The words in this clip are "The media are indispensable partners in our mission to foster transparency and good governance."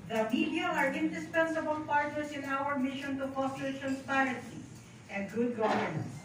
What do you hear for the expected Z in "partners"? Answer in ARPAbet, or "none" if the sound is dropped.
S